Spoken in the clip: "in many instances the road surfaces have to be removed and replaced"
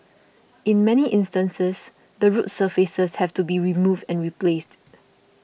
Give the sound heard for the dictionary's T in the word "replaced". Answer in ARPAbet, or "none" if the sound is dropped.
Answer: T